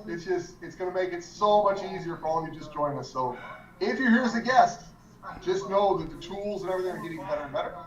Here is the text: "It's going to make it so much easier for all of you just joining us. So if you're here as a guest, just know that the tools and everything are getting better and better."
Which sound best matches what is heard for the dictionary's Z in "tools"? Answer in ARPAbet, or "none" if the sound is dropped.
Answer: Z